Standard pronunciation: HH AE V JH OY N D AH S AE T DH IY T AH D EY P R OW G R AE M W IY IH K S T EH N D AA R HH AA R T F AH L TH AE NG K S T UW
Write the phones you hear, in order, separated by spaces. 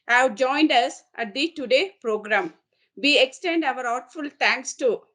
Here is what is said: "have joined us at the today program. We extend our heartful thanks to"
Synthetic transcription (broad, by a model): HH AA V JH OY N D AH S AE T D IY T AH D EY P R OW G R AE M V IY IH K S T EH N D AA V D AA R T F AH L T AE NG K S T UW